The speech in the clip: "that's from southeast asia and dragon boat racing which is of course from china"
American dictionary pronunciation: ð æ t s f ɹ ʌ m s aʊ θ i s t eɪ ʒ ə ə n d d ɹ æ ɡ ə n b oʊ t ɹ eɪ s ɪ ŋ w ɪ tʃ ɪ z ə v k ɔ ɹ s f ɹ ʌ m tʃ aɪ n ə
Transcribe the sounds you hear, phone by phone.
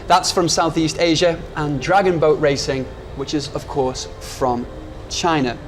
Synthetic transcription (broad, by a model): ð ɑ t s f ɹ ʌ m s aʊ θ i s t eɪ ʒ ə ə n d d ɹ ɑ ɡ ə n b oʊ t ɹ eɪ s ɪ ŋ w ɪ tʃ ɪ z ə v k ɔ ɹ s f ɹ ʌ m tʃ aɪ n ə